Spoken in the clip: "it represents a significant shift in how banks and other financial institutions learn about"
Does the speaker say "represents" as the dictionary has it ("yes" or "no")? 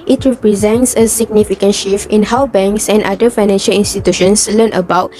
yes